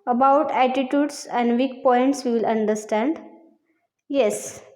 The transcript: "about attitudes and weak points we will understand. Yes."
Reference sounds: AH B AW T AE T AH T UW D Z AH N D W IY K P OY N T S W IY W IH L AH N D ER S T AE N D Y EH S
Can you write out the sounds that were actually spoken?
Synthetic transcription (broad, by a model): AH B AW T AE T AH T UW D S AH N D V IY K P OY N T S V IY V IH L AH N D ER S T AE N D Y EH S